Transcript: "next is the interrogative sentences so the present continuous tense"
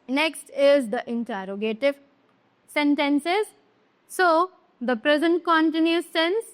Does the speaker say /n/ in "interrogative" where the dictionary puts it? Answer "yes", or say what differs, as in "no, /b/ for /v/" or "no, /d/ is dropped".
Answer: yes